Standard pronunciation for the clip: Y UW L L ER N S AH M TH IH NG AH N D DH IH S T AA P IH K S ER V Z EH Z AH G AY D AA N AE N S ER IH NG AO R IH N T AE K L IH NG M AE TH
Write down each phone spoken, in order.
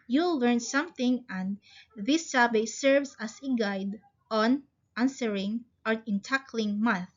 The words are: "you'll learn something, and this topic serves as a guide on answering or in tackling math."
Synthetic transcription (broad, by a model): Y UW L L ER N S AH M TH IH NG AH N D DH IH S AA B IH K S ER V S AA S AH G AY D AA N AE N S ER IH NG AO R IH N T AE K L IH NG M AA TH